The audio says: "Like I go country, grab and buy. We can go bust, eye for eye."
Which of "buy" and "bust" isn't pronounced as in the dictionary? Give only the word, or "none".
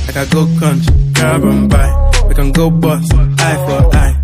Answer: bust